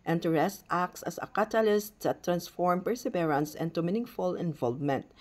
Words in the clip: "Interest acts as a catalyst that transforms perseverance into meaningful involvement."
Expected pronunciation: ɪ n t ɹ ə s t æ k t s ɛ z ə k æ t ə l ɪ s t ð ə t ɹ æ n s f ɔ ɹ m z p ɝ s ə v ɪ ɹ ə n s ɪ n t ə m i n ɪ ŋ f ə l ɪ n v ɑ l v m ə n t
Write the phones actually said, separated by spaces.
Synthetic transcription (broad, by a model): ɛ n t ɹ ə s t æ k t s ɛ s ə k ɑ t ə l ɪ s t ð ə t ɹ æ n s f ɔ ɹ m p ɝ s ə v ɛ ɹ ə n s ɪ n t ə m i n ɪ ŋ f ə l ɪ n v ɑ l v m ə n t